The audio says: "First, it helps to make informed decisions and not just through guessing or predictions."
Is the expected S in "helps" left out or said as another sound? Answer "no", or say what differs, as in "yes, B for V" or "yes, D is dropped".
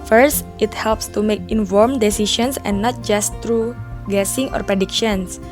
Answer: no